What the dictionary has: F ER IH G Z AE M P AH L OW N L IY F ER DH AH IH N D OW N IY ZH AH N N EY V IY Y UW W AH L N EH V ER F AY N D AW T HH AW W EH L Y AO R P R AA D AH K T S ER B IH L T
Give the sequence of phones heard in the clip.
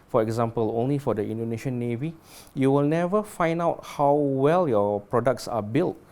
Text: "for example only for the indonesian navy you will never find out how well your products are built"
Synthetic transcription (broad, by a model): F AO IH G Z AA M P AH L OW N L IY F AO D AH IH N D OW N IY SH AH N N EY V IY Y UW W AH L N EH V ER F AY N D AW T HH AW W EH L Y AO P R AA D AH K T S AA B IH L T